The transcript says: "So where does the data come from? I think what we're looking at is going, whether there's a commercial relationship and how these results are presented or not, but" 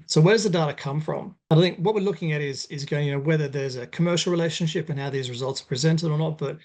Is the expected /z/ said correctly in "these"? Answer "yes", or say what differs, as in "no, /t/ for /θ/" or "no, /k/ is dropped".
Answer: yes